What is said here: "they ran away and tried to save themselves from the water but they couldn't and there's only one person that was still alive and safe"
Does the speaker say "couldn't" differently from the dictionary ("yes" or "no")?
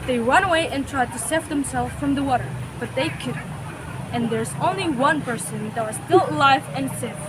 yes